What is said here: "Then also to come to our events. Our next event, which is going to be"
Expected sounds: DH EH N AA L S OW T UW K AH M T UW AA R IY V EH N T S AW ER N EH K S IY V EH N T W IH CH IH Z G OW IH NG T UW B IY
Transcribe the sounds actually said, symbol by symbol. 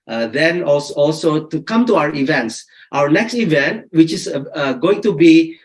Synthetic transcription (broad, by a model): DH EH N AA L S OW T UW K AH M T UW AA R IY V EH N T S AW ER N EH K S IY V EH N T W IH CH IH S G OW IH NG T UW B IY